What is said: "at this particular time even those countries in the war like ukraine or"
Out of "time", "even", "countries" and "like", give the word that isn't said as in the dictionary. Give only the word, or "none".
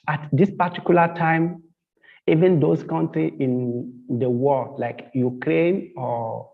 countries